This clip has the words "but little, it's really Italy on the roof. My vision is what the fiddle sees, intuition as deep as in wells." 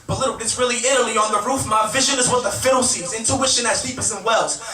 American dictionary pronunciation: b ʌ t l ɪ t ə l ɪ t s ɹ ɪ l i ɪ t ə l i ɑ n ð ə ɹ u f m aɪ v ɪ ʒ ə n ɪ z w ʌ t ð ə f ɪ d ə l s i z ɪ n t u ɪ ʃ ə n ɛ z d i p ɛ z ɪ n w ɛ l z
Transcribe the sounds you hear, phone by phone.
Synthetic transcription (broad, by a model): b ʌ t l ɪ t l ɪ t s ɹ ɪ l i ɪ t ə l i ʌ n ð ə ɹ u f m aɪ v ɪ ʒ ə n ɪ z w ʌ t ð ə f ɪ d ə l s i z ɪ n t u ɪ ʃ ə n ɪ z d i p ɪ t ɪ n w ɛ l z